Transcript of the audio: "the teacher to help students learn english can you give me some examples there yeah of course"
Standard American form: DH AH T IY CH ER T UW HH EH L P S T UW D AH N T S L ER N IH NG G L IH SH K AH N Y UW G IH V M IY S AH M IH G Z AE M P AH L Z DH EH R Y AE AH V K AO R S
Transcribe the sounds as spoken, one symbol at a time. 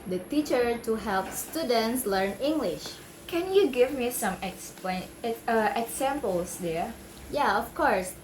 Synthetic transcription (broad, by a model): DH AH T IY CH ER T UW HH EH L P S T UW D AH N T S L ER N IH NG G L IH SH K AH N Y UW G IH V M IY S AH M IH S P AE M P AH L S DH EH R Y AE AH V K AO R S